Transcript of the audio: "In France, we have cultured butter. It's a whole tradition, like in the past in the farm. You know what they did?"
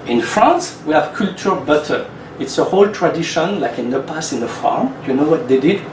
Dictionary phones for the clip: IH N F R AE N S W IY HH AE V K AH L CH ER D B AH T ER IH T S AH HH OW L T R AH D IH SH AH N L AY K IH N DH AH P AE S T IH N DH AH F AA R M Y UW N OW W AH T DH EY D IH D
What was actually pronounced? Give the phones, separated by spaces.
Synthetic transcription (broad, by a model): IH N F R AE N S W IY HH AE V K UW L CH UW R B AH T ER IH T S AH HH OW L T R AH D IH SH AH N L AY K IH N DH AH P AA S IH N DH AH F AA R M Y UW N OW W AH T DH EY D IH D